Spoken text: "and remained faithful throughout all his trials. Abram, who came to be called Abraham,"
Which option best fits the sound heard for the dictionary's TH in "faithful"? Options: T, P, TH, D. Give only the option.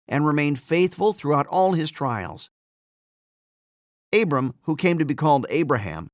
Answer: TH